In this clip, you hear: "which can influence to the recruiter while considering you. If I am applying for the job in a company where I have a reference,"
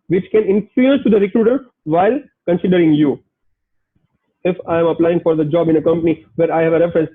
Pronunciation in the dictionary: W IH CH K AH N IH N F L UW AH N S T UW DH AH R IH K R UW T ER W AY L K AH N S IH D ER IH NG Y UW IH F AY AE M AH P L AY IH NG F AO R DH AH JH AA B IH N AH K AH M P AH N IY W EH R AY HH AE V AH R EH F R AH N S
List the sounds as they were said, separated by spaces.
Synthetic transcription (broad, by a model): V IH CH K AH N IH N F UW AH S T UW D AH R IH K R UW T ER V AY L K AH N S IH D ER IH NG Y UW IH F AY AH M AH P L AY IH NG F AO R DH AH JH AA B IH N AH K AH M P AH N IY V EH R AY HH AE V AH R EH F R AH N S